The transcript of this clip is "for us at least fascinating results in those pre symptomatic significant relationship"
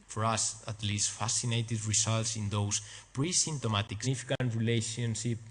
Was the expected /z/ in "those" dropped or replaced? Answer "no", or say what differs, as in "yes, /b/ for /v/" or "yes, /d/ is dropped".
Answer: yes, /s/ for /z/